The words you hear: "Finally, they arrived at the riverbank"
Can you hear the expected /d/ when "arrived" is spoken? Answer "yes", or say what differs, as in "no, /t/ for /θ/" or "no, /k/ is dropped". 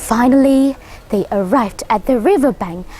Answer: yes